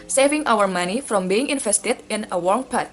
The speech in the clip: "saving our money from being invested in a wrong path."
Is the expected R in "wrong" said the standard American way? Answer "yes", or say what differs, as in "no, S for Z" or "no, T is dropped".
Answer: no, W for R